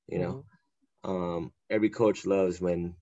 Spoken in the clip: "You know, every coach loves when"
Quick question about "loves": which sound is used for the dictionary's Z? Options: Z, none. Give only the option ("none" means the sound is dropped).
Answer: Z